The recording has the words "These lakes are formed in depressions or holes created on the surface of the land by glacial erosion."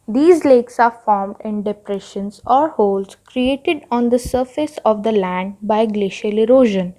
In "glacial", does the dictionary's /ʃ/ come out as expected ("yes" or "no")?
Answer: yes